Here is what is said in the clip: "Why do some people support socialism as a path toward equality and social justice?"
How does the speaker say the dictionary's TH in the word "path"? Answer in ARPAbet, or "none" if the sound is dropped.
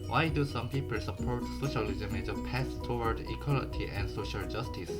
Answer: S